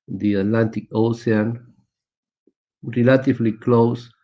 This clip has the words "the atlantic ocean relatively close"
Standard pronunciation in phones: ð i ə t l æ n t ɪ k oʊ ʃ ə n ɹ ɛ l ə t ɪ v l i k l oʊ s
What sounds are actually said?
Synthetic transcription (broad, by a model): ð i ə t l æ n t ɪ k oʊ s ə n ɹ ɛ l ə t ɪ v l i k l oʊ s